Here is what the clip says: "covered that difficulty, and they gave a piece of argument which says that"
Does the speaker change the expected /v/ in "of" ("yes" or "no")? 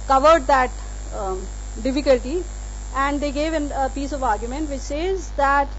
no